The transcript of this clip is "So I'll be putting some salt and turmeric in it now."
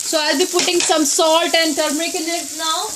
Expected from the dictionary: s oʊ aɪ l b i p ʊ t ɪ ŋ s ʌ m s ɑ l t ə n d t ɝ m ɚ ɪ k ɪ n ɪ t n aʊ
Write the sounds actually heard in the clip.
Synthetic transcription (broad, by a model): s oʊ aɪ l b i p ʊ t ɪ ŋ s ʌ m s ɑ l t ə n d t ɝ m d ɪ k ɪ n ɪ t n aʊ